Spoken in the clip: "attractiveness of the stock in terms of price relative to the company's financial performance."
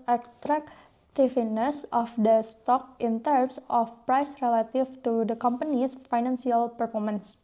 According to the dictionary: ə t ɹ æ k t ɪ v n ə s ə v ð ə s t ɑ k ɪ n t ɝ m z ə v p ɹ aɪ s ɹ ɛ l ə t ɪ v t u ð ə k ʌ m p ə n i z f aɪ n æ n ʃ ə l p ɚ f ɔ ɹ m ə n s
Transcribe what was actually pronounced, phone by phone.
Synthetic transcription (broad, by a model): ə t ɹ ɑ k t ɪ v n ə s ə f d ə s t ɑ k ɪ n t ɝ m s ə f p ɹ aɪ s ɹ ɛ l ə t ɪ f t u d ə k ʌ m p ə n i s f aɪ n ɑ n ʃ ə l p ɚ f ɔ ɹ m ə n s